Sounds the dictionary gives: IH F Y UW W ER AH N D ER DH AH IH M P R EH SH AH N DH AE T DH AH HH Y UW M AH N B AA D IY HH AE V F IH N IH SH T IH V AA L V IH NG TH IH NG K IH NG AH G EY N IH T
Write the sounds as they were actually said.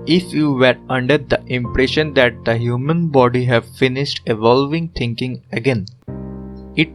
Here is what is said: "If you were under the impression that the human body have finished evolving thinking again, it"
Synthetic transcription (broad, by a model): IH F Y UW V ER AH N D ER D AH IH M P R EH SH AH N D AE T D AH HH Y UW M AH N B AA D IY HH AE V F IH N IH SH T IH V AA L V IH NG T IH NG K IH NG AH G EY N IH T